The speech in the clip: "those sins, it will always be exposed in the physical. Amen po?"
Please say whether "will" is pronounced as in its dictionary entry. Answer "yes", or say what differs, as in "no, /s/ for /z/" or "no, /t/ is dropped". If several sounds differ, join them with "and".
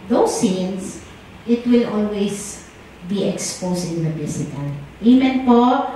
yes